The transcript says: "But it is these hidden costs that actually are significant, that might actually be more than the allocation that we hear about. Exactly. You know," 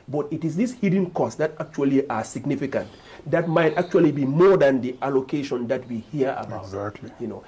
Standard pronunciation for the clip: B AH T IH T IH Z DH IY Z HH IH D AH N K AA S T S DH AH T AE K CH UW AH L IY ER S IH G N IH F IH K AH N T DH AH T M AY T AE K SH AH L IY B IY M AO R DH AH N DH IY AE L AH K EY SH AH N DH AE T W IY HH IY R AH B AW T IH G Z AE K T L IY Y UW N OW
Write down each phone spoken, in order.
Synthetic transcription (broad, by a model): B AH T IH T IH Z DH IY S HH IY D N K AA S S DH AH T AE K CH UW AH L IY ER S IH G N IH F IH K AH N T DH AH T M AY T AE K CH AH L IY B IY M AO R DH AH N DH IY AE L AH K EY SH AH N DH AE T W IY HH IY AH AW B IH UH T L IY Y UW N OW